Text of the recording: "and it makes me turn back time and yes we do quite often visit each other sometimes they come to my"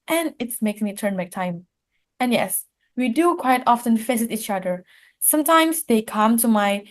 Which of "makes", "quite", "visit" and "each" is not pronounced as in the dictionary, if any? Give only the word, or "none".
visit